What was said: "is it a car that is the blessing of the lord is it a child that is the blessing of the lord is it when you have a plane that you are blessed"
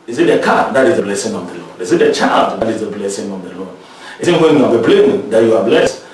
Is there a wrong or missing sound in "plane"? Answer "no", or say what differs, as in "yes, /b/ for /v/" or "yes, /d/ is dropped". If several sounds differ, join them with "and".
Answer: yes, /b/ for /p/